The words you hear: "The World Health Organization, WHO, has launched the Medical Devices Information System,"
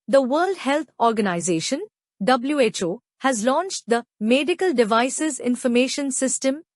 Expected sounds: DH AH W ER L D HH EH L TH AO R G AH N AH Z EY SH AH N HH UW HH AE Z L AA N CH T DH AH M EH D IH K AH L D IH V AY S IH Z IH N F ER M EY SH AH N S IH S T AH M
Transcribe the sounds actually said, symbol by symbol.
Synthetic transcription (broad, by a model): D AH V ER L D HH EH L T AO R G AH N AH Z EY SH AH N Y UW HH AE Z L AA N CH T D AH M EH D IH K AH L D IH V AY S IH Z IH N F ER M EY SH AH N S IH S T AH M